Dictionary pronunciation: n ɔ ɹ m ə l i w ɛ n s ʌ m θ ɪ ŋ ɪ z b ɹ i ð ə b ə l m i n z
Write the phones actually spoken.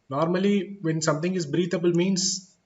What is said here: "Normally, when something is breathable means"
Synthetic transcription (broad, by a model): n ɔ ɹ m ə l i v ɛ n s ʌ m t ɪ ŋ ɪ z b ɹ i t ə b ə l m i n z